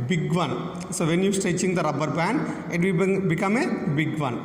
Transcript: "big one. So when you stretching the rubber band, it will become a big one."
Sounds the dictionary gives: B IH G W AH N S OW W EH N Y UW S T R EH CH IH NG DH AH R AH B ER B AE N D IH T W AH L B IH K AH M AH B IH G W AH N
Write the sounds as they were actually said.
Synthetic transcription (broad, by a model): B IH G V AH N S OW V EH N Y UW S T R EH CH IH NG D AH R AH B ER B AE N IH T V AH B IH K AH M AH B IH G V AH N